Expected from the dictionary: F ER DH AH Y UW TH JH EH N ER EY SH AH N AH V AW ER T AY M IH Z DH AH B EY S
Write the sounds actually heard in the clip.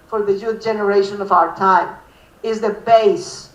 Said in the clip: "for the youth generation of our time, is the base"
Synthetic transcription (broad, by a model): F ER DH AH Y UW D JH EH N ER EY SH AH N AH V AW ER T AY M IH Z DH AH B EY S